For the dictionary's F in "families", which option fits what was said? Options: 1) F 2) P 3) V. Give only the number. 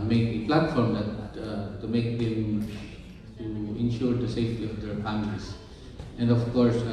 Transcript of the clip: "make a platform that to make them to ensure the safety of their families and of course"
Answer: 2